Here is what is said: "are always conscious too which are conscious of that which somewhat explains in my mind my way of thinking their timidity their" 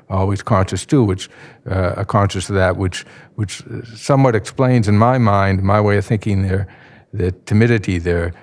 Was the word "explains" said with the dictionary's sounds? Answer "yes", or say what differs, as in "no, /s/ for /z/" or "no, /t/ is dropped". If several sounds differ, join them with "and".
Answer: yes